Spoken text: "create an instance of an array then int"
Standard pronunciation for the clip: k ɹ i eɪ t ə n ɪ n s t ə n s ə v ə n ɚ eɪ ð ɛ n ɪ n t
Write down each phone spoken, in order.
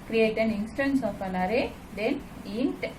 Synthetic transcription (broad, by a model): k ɹ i eɪ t ə n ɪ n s t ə n s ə p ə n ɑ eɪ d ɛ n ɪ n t